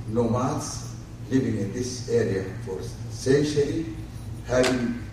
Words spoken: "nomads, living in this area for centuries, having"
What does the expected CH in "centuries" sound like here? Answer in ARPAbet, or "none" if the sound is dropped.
SH